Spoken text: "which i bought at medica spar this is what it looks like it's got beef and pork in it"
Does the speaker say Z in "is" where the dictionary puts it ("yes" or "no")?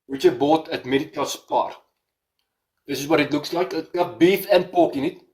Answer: no